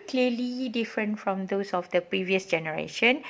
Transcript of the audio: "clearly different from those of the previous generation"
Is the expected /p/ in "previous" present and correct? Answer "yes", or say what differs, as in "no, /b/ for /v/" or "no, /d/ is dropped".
yes